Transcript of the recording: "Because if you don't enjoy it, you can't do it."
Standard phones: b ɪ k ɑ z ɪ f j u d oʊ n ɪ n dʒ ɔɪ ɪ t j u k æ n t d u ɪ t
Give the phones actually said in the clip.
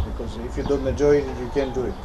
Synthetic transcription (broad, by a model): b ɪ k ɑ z ɪ f j u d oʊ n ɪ dʒ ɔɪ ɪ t j u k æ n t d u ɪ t